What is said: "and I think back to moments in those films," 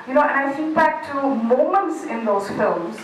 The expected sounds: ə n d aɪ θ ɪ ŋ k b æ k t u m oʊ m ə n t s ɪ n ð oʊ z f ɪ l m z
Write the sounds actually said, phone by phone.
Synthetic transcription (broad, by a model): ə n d aɪ s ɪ k b æ k t u m oʊ m ə n t s ɪ n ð oʊ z f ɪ l m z